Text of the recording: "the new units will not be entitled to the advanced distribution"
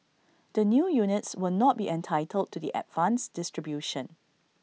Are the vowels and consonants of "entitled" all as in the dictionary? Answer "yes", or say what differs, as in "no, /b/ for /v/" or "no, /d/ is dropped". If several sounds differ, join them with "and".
yes